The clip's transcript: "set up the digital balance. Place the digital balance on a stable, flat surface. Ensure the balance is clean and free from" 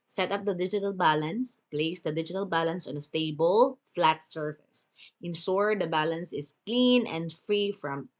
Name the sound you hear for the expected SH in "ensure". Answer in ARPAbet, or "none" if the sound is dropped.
S